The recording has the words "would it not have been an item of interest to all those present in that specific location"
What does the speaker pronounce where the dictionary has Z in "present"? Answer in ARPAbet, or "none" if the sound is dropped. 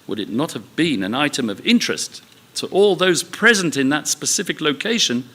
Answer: Z